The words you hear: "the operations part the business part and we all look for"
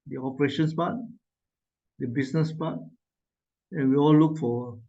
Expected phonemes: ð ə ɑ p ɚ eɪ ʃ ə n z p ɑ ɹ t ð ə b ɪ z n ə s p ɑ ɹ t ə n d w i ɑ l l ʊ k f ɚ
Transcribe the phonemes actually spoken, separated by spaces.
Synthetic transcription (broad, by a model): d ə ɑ p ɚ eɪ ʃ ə n s p ɑ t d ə b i s n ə s p ɑ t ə n w i ɑ l l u k f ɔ